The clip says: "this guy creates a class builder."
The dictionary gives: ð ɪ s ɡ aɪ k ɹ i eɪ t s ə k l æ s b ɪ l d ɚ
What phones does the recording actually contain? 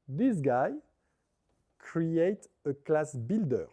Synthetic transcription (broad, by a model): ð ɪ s ɡ aɪ k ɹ i eɪ t ə k l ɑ s b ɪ l d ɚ